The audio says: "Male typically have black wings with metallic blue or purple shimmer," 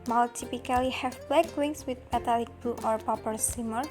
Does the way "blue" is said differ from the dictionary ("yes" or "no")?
yes